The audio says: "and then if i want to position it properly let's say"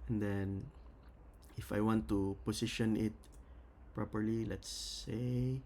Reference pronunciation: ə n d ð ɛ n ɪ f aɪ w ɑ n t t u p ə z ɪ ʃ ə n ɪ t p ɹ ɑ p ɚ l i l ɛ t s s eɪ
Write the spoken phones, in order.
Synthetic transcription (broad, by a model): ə n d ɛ n ɪ f aɪ w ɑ n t t u p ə s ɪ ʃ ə n ɪ t p ɹ ɑ p ɚ l i l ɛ t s s eɪ